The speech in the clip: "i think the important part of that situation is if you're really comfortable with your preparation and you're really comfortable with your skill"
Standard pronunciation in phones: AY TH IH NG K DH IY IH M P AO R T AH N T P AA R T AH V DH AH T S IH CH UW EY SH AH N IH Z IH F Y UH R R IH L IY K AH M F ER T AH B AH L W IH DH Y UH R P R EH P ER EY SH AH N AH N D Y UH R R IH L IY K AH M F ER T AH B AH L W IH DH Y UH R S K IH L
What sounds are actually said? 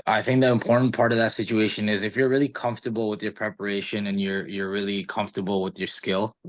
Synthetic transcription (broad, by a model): AY TH IH NG K DH IY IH M P AO R T N P AA R T AH V DH AH T S IH CH UW EY SH AH N IH Z IH F Y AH R R IH L IY K AH M F T AH B L W IH DH Y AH R P R EH P ER EY SH AH N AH N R Y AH R R IH L IY K AH M F T AH B L W IH DH Y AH R S K IH L